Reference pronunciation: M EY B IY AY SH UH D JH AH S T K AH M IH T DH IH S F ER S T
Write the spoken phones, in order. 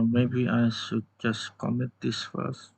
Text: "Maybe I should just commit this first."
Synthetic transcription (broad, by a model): M EY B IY AY S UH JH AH S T K AH M IH T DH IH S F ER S